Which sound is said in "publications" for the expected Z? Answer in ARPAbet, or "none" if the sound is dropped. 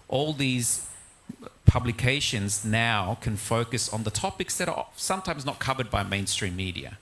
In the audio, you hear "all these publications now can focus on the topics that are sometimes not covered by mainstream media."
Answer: Z